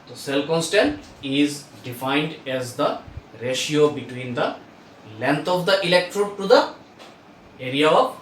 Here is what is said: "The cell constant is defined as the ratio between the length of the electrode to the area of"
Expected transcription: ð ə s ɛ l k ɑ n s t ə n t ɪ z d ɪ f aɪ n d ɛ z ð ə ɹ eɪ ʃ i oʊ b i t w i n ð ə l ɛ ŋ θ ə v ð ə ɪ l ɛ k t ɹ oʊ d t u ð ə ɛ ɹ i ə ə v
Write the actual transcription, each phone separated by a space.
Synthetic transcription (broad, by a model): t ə s ɛ l k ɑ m s t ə n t ɪ z d ɪ f aɪ n d ɛ z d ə ɹ eɪ ʃ i oʊ b i t w i n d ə l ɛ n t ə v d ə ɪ l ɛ k t ɹ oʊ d t u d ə ɛ ɹ i ə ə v